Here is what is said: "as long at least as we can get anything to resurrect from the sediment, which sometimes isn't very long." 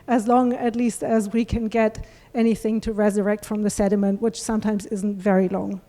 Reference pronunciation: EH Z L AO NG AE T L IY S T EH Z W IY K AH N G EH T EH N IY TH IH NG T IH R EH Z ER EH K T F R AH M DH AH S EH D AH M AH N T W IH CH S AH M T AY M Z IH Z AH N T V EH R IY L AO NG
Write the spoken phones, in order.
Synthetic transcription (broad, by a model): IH Z L AO NG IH T L IY S T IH Z W IY K AH N G EH T EH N IY TH IH NG T IH R EH Z ER EH K T F R AH M DH AH S EH D AH M AH N T W IH CH S AH M T AY M Z IH Z N T V EH R IY L AO NG